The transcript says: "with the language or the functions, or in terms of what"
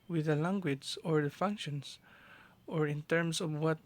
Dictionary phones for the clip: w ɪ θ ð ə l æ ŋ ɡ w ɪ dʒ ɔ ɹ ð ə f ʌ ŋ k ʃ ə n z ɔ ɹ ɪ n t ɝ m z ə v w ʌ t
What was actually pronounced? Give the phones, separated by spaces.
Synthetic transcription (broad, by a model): w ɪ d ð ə l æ ŋ ɡ w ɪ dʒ ɔ ɹ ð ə f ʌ ŋ k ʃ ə n s ɔ ɹ ɪ n t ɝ m s ə v w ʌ t